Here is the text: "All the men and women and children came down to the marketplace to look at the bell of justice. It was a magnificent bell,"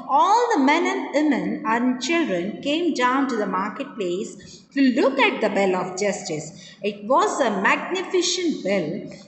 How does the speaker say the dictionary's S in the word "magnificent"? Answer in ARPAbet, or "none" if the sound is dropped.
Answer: SH